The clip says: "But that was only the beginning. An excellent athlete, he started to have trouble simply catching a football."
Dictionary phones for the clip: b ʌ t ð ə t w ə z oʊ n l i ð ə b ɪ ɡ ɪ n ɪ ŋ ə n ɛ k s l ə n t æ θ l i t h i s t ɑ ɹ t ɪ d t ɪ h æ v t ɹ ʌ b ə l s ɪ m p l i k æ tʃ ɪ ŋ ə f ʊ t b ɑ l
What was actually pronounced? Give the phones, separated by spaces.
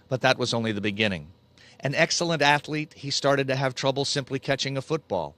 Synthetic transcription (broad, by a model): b ʌ t ð ə t w ə z oʊ n l i ð ə b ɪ ɡ ɪ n ɪ ŋ ə n ɛ k s l ə n t æ θ l i t h i s t ɑ ɹ t ɪ d t ɪ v t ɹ ʌ b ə l s ɪ m p l i k æ tʃ ɪ ŋ ə f ʊ t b ɑ l